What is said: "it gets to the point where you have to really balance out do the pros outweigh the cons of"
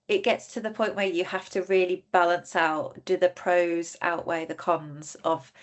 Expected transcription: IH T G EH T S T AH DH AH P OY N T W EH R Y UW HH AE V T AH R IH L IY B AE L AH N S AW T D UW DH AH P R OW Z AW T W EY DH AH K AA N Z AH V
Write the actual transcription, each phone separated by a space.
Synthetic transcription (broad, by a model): IH T G EH T S T AH DH AH P OY N T W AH Y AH HH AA F T AH R IH L IY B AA L AH N S AW T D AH DH AH P R OW Z AW T W EY DH AH K AA N Z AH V